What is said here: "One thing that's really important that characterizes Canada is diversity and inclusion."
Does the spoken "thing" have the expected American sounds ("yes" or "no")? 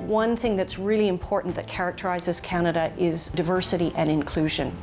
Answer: yes